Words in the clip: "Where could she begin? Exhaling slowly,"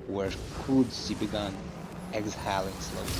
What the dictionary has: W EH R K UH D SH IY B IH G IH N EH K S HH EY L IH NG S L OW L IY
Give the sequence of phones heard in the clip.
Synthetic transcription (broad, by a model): W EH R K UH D S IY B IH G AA N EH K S HH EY L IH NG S L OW